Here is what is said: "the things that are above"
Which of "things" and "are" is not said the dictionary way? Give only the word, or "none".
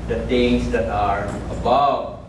things